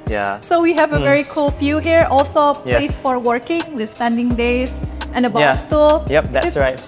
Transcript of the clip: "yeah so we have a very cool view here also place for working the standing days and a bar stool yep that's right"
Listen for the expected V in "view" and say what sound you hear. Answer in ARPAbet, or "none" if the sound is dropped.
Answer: F